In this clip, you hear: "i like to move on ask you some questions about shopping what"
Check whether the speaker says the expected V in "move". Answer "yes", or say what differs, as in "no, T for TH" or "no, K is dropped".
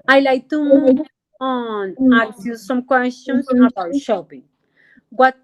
no, V is dropped